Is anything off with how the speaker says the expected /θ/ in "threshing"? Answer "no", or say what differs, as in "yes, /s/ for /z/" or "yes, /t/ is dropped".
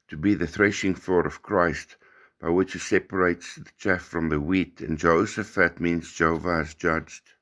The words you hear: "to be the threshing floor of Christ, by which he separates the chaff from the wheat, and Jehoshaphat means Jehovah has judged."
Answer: no